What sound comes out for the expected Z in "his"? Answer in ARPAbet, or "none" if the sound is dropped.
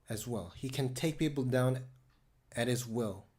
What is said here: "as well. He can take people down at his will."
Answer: Z